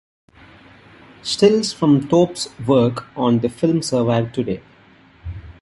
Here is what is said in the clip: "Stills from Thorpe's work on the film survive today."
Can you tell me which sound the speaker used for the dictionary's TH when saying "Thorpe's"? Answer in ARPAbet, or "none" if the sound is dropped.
T